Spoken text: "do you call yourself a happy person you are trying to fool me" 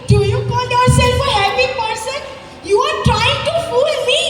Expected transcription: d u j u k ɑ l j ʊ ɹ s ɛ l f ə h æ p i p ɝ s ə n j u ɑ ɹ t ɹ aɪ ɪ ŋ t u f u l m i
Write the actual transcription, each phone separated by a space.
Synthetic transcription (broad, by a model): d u j u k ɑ n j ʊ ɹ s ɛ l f ə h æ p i p ɝ s ə n j u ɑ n t ɹ aɪ ɪ ŋ t u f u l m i